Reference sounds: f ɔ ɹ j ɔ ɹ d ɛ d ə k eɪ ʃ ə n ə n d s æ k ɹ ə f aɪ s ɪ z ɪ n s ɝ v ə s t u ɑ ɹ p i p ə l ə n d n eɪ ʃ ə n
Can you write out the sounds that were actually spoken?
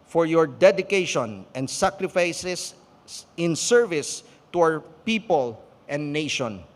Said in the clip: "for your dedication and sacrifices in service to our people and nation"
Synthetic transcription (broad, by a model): f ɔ ɹ j ɔ ɹ d ɛ d ə k eɪ ʃ ə n ə n d s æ k ɹ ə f aɪ s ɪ s ɪ n s ɝ v ə s t u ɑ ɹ p i p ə l ə n d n eɪ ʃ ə n